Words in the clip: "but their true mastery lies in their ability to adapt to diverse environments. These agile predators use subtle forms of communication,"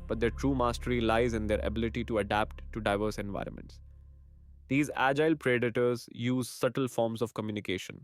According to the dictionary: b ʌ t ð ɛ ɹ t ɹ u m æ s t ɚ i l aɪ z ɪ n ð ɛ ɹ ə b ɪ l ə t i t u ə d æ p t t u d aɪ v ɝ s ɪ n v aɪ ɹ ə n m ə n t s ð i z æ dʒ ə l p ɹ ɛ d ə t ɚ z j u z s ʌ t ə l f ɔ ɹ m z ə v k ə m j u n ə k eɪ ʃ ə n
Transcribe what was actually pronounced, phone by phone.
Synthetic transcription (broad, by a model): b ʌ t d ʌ t ɹ u m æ s t ɚ i l aɪ z ɪ n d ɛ ɹ ə b ɪ l ə t i t u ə d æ p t t u d aɪ v ɝ s ɪ n v aɪ ɹ ə n m ə n t s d i z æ dʒ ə l p ɹ ɛ d ə t ɚ z j u z s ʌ t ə l f ɔ ɹ m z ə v k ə m j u n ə k eɪ ʃ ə n